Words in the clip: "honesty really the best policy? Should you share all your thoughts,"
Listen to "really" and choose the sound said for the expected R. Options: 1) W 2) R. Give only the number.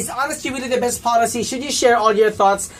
1